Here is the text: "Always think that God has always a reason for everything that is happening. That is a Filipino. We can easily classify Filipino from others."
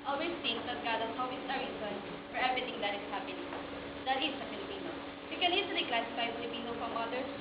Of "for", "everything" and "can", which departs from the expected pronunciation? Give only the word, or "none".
everything